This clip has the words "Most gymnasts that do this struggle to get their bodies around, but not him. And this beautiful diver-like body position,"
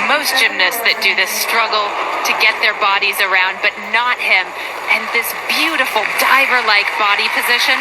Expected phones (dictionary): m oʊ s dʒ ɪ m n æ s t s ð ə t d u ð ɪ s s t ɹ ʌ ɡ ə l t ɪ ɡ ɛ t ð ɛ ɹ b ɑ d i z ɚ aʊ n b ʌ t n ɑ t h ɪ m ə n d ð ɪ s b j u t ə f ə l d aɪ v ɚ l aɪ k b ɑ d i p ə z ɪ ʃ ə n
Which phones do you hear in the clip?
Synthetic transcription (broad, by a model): m oʊ s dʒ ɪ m n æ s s ð ə t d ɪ ð ɪ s s t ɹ ʌ ɡ l t ɪ ɡ ɛ t ð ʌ ɹ b ɑ d i z ɚ aʊ n b ʌ t n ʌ t h ɪ m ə n ð ɪ s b j u t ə f l d aɪ v ɚ l aɪ k b ɑ d i p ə z ɪ ʃ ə n